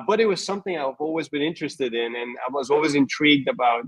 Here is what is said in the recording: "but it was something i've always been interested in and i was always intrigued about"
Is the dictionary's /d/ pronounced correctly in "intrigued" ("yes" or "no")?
yes